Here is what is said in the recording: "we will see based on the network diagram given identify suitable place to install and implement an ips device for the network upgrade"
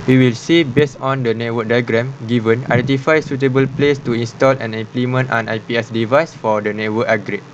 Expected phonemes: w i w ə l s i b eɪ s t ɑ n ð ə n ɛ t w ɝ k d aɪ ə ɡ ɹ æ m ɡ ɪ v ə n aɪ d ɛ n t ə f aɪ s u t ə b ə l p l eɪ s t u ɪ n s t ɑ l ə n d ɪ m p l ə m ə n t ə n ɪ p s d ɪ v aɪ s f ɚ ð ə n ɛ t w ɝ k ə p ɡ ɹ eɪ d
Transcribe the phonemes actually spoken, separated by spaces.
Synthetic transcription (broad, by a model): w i w ə l s i b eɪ s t ɑ n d ə n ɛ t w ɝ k d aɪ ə ɡ ɹ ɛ m ɡ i v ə n aɪ d ɛ n t ə f aɪ s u t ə b ə l p l eɪ s t u ɪ n s t ɑ l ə n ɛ m p l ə m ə n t ə n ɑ p s d ɪ v aɪ s f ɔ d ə n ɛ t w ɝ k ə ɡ ɹ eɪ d